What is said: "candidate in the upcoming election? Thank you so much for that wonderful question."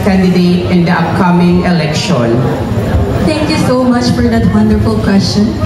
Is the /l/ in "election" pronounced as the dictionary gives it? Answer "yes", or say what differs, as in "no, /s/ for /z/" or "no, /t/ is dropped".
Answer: yes